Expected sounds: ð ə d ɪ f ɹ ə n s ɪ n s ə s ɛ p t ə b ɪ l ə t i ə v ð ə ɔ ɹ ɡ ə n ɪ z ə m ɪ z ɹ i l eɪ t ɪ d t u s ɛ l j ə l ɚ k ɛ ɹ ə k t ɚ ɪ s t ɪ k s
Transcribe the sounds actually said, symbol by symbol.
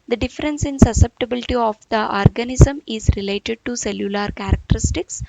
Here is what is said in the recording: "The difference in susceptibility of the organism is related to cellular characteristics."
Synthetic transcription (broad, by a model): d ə d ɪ f ɹ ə n s ɪ n s ə s ɛ p t ə b ɪ l ə t i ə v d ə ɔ ɹ ɡ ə n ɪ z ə m ɪ z ɹ i l eɪ t ɪ d t u s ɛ l j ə l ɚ k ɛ ɹ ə k t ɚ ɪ s t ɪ k s